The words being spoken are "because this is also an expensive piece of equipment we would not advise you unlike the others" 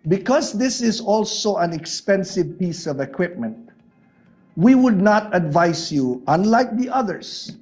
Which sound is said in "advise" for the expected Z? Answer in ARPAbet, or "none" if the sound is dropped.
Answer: S